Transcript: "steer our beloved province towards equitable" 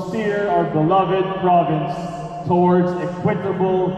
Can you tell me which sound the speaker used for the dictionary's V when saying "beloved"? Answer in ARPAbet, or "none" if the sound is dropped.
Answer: V